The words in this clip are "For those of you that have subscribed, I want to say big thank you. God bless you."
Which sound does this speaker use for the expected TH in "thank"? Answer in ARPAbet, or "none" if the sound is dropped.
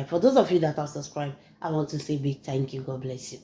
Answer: T